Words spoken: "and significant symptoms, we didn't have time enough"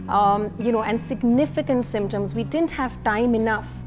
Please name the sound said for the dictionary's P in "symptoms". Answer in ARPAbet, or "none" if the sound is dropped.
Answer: P